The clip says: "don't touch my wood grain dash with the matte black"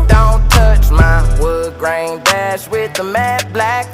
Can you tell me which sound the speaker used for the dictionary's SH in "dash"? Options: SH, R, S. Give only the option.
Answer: S